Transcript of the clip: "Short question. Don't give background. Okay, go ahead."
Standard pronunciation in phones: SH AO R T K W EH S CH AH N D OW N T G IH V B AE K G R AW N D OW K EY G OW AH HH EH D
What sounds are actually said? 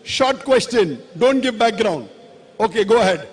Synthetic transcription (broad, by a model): SH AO R T K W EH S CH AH N D OW N T G IH V B AE K G R AW N D OW K EY G OW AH HH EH D